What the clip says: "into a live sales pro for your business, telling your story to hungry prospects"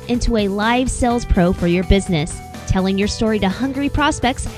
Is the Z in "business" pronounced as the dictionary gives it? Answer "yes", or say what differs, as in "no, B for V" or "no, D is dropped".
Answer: yes